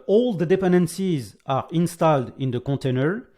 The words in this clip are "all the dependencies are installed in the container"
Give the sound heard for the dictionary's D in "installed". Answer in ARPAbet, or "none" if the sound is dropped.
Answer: D